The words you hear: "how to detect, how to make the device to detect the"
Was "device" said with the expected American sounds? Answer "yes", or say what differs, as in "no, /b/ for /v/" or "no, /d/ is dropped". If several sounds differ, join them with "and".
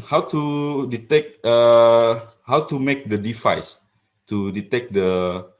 no, /f/ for /v/